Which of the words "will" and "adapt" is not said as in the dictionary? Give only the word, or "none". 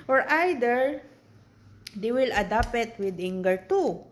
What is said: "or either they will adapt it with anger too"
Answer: adapt